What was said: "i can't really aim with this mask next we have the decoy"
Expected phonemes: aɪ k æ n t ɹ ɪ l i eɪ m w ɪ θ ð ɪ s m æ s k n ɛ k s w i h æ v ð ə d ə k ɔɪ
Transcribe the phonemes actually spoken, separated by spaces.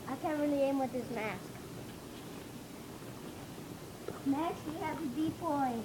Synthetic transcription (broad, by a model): aɪ k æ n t ɹ ɪ l i eɪ m w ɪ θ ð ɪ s m æ s k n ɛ s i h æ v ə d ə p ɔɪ